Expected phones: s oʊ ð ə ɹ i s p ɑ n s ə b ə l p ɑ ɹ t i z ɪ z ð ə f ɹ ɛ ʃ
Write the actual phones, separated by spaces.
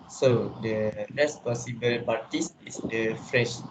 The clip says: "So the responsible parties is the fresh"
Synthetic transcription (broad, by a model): s oʊ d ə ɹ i s p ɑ s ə b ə l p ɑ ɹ t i s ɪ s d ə f ɹ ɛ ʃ